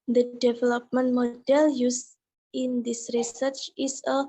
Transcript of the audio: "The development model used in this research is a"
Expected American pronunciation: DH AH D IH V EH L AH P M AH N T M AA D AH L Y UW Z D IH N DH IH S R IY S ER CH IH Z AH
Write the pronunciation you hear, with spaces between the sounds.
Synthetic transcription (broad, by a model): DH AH D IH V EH L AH P M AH N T M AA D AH L Y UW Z IH N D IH S R IY S ER CH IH S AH